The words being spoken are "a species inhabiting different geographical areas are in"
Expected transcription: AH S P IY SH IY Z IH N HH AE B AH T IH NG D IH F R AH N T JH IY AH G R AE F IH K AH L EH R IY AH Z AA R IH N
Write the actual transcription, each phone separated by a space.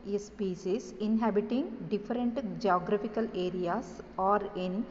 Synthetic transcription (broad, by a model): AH S P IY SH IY S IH N HH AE B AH T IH NG D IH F R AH N T JH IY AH G R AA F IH K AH L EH R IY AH S AA R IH N